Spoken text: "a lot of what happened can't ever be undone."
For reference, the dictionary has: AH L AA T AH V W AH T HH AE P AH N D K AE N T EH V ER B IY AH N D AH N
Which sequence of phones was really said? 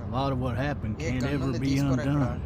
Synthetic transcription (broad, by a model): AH L AA T AH V W AH T HH AE P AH N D K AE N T EH V ER B IY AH N D AH N